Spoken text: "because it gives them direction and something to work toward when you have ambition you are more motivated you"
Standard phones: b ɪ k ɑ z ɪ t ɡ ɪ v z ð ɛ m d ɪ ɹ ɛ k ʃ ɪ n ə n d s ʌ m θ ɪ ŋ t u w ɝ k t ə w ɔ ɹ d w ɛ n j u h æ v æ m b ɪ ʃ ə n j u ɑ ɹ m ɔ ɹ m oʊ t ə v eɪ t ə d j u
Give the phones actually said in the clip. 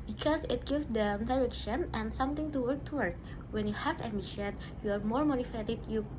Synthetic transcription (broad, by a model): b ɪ k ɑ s ɪ t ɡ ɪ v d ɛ m d ɪ ɹ ɛ k ʃ ɪ n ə n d s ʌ m t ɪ ŋ t u w ɝ k t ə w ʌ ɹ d w ɛ n j u h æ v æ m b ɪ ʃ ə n j u ɑ ɹ m ɔ ɹ m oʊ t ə f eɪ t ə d j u